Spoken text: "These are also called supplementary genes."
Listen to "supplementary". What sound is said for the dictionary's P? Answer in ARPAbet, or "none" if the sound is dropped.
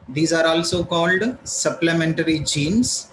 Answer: P